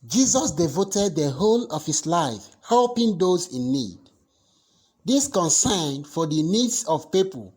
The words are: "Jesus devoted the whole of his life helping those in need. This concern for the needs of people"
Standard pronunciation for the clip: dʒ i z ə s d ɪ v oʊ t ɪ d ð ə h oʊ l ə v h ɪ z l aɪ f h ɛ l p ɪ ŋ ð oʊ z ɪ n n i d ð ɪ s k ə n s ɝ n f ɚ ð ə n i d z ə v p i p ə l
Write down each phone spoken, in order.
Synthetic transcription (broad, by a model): dʒ i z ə s d ɪ v oʊ t ɪ d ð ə h oʊ l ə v h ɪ s l aɪ f h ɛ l p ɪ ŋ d oʊ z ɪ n n i d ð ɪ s k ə n s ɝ n f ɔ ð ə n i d s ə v p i p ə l